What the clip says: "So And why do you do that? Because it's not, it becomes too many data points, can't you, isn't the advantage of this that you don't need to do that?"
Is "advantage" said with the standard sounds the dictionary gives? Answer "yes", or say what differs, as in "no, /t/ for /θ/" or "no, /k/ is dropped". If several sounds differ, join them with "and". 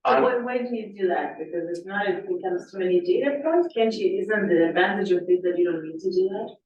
yes